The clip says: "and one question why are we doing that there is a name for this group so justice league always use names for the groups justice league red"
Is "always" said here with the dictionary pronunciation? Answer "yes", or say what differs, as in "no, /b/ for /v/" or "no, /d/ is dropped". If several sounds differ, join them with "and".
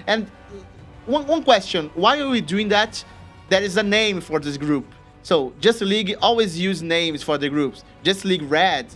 yes